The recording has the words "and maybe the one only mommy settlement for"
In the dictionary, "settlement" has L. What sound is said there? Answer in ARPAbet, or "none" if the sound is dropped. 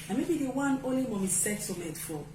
none